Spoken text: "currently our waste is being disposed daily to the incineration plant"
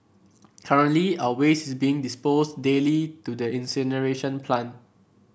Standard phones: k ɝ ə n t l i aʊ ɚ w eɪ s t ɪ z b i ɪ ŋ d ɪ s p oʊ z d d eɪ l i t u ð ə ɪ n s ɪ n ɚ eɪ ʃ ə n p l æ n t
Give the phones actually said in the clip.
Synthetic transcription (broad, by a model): k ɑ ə n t l i aʊ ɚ w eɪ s ɪ s b i ɪ ŋ d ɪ s p oʊ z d d eɪ l i t u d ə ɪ n s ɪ n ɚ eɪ ʃ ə n p l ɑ n